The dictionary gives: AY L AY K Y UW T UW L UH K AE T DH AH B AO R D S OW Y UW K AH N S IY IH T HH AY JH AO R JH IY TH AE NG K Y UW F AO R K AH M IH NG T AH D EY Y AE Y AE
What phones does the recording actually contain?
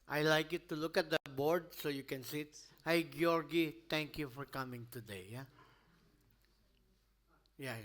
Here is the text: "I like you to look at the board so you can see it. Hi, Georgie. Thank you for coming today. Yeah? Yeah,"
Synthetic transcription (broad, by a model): AY L AY K Y UW T UW L UH K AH T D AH B AO R D S OW Y UW K AH N S IY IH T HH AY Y AO R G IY T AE NG K Y UW F AO R K AH M IH NG T AH D EY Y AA Y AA